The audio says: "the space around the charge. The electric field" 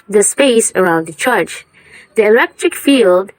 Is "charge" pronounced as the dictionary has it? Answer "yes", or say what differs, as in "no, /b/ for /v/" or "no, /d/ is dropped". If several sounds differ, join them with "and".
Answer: no, /tʃ/ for /dʒ/